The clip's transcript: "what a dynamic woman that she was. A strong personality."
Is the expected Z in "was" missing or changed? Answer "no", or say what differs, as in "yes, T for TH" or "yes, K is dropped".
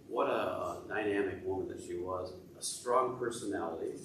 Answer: no